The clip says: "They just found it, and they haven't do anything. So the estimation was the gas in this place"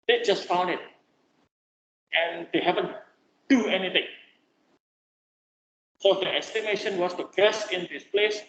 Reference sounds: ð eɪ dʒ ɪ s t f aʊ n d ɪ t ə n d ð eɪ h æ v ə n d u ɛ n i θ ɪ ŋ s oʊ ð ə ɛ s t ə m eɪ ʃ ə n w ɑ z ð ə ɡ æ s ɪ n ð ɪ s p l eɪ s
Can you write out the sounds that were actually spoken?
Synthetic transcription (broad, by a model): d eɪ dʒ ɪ s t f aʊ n ɪ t ə n d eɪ h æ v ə n d u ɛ n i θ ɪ ŋ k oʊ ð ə ɛ s t ə m eɪ ʃ ə n w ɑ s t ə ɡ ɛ s ɪ n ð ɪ s p l eɪ s